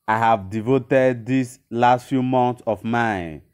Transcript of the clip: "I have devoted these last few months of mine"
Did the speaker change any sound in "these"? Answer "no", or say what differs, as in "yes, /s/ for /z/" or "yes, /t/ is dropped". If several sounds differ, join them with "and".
yes, /s/ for /z/